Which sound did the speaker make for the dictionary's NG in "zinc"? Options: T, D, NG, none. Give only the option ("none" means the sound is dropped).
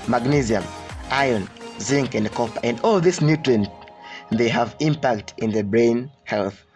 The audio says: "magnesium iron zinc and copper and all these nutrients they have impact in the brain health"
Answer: NG